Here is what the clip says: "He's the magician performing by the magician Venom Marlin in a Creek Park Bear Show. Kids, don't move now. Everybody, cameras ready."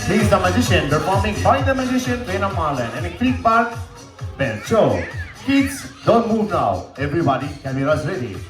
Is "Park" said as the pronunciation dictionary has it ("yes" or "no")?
no